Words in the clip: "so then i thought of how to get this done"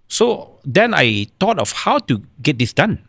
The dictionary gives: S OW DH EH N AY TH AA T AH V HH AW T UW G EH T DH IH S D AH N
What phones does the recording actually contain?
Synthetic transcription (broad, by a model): S OW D EH N AY T AA T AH F HH AW T UW G EH T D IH S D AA N